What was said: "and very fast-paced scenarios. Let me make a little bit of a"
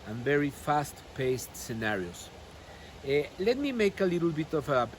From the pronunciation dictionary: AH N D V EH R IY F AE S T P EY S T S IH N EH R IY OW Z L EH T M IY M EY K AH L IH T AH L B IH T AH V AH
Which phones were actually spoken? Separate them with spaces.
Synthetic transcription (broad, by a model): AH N V EH R IY F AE S T P EY S T S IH N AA R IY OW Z L EH T M IY M EY K AH L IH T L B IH T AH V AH